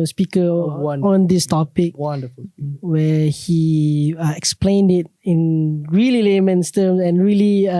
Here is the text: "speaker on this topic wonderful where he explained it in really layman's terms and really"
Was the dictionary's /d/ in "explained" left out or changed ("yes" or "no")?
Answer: no